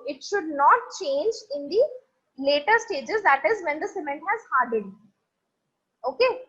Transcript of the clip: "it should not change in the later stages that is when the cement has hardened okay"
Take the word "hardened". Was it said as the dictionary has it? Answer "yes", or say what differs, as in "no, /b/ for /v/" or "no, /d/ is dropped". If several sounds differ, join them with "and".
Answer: no, /n/ is dropped